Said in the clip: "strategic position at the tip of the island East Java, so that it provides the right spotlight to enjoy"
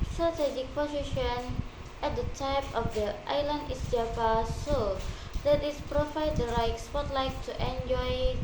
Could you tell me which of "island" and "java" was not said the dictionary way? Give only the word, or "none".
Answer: java